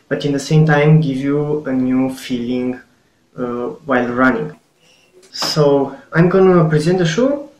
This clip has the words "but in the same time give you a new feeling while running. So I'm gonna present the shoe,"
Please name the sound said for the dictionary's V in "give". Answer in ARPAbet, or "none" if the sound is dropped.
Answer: V